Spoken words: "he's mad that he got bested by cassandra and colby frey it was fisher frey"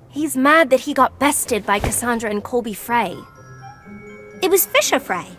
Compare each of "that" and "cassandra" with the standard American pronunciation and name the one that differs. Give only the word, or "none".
none